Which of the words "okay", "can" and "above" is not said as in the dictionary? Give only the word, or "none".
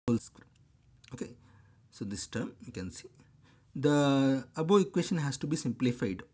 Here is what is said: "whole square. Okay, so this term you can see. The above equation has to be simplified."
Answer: above